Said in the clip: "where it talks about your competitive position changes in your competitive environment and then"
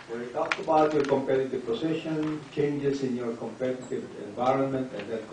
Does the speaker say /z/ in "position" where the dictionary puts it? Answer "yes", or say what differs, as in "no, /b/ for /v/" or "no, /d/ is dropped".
no, /s/ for /z/